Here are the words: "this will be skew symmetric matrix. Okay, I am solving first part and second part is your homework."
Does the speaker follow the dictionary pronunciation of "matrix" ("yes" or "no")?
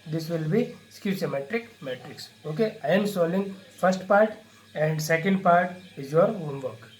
yes